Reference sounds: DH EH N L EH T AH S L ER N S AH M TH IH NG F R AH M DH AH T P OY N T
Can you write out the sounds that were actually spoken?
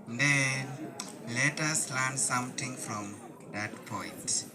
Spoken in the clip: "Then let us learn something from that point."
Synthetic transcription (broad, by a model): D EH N L EH T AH S L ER N S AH M T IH NG F R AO M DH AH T P OY N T